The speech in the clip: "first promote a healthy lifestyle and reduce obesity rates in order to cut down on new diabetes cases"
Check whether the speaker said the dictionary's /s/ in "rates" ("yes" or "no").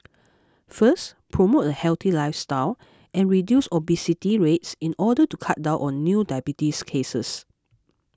yes